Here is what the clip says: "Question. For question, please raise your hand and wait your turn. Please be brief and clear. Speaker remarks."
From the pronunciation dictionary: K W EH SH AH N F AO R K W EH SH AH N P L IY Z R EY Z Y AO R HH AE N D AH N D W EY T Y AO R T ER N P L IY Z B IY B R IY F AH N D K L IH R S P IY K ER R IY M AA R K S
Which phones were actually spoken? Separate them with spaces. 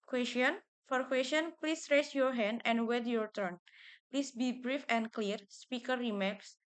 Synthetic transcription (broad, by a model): K W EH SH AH N F AO R K W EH S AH N P L IY S R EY S Y AO R HH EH N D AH N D W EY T Y AO R T ER N P L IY S B IY B R IY F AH N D K L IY R S P IY K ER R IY M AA K S